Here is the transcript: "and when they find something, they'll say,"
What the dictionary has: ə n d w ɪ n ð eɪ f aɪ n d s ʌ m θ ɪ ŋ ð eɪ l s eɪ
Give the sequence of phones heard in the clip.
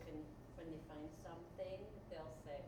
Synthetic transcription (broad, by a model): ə n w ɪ n ð eɪ f aɪ n d s ʌ m θ ɪ ŋ ð eɪ l s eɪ